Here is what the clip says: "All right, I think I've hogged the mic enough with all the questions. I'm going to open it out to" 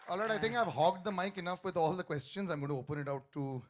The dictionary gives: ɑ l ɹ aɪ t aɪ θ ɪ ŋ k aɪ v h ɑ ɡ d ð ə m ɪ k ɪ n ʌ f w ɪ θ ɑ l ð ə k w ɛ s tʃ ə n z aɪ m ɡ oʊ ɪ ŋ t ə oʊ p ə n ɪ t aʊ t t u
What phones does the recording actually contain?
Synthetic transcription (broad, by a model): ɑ l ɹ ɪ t aɪ t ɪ ŋ k aɪ v h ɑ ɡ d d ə m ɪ k ɪ n ʌ f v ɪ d ɑ l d ə k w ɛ s tʃ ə n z aɪ m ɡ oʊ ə oʊ p ə n ɪ t aʊ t t u